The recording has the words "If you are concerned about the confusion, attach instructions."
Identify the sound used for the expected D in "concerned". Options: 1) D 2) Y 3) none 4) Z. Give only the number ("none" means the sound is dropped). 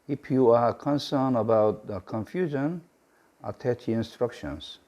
3